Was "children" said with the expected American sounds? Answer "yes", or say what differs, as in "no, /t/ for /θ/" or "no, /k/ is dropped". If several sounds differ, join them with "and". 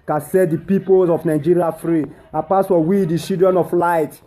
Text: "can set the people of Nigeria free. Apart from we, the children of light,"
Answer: no, /l/ is dropped